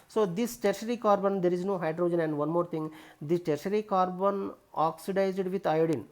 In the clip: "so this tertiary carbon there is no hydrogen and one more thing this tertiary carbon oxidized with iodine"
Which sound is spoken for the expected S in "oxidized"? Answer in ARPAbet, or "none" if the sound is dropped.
S